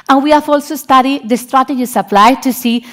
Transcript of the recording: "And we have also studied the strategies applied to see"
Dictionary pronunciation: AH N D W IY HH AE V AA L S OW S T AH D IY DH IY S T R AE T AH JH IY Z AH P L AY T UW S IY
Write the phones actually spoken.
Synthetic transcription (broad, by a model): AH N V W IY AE F AA L S OW S T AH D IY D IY S T R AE T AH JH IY S AH P L AY T UW S IY